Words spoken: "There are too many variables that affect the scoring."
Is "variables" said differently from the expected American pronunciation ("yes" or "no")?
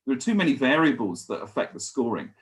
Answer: no